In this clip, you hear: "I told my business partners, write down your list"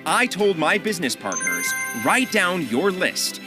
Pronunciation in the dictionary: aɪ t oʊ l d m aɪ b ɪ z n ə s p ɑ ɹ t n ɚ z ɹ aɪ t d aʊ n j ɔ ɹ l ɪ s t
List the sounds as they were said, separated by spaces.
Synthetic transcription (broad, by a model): aɪ t oʊ l d m aɪ b ɪ z n ə s p ɑ ɹ t n ɚ z ɹ aɪ t d aʊ n j ɔ ɹ l ɪ s t